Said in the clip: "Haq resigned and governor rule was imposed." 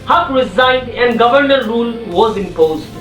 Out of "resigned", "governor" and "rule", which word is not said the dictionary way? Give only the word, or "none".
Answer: none